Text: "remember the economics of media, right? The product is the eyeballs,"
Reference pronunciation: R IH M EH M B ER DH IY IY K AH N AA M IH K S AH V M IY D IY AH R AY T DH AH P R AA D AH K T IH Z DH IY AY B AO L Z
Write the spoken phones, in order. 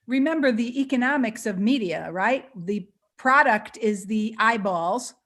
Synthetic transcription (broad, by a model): R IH M EH M B ER DH IY IY K AH N AA M IH K S AH V M IY D IY AH R AY T DH AH P R AA D AH K T IH Z DH IY AY B AO L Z